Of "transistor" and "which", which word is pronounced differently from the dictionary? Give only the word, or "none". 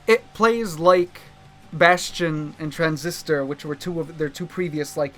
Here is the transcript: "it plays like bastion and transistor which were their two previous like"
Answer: none